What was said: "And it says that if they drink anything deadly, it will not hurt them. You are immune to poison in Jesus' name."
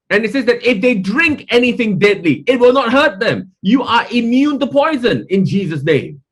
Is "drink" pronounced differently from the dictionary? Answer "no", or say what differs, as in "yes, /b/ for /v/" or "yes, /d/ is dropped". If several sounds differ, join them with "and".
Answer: no